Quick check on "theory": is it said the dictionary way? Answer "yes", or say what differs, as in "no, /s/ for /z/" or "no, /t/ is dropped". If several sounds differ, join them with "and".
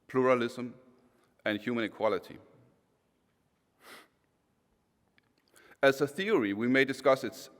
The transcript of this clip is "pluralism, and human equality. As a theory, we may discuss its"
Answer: yes